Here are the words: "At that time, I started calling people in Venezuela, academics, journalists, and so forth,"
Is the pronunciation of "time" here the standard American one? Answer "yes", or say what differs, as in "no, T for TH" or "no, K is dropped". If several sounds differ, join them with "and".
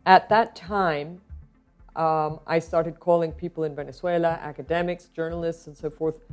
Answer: yes